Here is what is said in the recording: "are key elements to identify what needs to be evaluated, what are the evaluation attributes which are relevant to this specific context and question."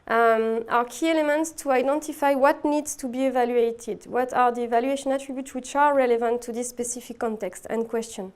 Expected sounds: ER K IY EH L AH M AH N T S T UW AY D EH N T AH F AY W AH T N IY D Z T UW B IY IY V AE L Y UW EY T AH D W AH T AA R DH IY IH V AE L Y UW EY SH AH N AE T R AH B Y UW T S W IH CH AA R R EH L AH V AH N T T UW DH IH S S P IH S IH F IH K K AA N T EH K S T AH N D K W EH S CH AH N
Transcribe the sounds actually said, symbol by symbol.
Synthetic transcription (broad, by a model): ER K IY EH L AH M AH N T S T UW AY D EH N T AH F AY W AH T N IY D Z T UW B IY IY V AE L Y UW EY T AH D W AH T AA R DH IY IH V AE L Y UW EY SH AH N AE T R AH B Y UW T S W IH CH AA R R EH L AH V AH N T T UW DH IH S S P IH S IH F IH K K AA N T EH K S T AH N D K W EH S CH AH N